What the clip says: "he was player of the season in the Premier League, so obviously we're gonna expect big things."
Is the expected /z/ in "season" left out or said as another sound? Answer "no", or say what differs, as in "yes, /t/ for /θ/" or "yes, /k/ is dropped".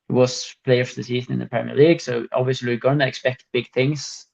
no